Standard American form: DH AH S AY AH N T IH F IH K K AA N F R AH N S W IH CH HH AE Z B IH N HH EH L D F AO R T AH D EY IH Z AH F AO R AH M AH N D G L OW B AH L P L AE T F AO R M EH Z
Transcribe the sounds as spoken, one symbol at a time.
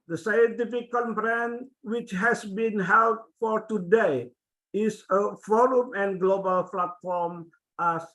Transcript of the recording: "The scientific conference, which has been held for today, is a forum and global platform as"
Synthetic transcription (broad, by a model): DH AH S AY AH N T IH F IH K K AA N P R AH N W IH CH HH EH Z B IH N HH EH L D F AO R T AH D EY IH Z AH F AO R AH M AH N G L OW B AH L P L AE T F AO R M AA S